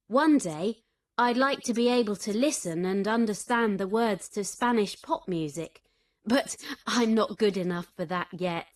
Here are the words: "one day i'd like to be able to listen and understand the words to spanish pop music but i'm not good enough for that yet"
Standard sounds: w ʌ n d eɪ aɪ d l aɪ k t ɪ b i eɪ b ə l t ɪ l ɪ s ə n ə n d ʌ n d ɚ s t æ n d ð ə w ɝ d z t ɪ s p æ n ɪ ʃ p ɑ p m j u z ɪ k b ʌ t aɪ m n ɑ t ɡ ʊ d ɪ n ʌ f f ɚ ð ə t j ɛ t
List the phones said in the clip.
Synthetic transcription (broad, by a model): w ʌ n d eɪ aɪ d l aɪ k t ɪ b i eɪ b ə l t ɪ l ɪ s ə n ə n ʌ n d ɚ s t æ n ð ə w ɝ d z t ɪ s p æ n ɪ ʃ p ɑ p m j u z ɪ k b ʌ t aɪ m n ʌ t ɡ ʊ d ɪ n ʌ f f ɚ ð ə t j ɛ t